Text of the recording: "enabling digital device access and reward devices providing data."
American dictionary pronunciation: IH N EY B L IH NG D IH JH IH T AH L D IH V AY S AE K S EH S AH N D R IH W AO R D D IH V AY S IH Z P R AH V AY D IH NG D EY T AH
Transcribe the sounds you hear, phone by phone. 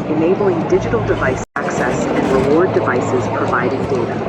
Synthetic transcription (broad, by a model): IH N EY B L IH NG D IH JH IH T L D IH V AY S AE K S EH S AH N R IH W AO R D D IH V AY S IH Z P R AH V AY D IH NG D EY T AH